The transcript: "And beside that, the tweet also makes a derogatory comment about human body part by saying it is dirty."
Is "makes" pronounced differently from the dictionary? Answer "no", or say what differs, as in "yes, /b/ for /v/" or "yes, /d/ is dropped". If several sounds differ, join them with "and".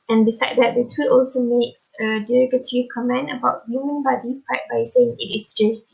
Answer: no